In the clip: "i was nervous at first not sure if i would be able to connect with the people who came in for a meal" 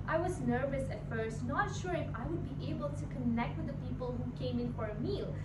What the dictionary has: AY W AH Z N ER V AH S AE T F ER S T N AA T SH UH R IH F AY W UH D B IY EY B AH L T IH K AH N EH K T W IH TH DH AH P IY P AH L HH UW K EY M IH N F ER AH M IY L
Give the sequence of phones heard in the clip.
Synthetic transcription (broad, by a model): AY W AH Z N ER V AH S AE T F ER S T N AA T SH UH R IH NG AY W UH D B IY EY B AH L T IH K AH N EH K T W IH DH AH P IY P AH L HH UW K EY M IH N F ER AH M IY L